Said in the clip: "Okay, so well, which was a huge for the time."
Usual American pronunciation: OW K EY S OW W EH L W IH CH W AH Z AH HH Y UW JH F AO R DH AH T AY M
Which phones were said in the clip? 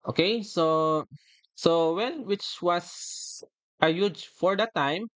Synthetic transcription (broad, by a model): OW K EY S OW W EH N W IH CH W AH S AH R Y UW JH F AO R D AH T AY M